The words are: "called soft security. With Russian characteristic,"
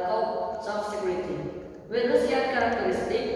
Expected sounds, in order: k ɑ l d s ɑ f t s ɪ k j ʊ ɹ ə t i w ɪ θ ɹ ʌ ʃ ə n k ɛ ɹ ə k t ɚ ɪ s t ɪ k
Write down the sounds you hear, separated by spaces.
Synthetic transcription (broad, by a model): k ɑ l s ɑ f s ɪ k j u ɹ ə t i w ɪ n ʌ s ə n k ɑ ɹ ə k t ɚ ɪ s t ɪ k